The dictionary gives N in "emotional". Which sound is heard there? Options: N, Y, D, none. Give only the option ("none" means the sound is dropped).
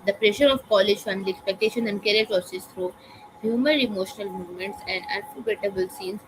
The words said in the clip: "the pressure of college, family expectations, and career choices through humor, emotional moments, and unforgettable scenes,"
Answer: N